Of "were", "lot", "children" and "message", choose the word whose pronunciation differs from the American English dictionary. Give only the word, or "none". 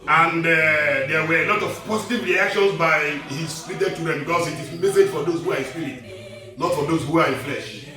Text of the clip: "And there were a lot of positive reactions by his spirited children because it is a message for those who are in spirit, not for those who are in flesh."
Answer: children